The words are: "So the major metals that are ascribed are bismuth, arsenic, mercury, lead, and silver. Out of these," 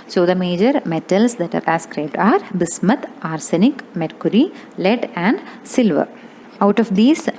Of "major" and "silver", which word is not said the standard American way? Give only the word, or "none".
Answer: none